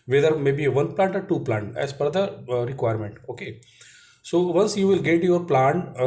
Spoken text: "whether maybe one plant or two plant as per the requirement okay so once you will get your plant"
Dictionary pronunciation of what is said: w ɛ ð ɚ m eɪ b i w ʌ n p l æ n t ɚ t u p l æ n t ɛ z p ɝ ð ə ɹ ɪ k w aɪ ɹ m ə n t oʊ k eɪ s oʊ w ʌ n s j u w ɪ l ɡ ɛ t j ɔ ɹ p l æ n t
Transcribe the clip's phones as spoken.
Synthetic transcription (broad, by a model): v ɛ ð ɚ m eɪ b i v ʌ n p l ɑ n t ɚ t u p l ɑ n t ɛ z f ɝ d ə ɹ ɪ k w aɪ ɹ m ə n t oʊ k eɪ s oʊ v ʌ n s j u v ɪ l ɡ ɛ t j ɔ ɹ p l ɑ n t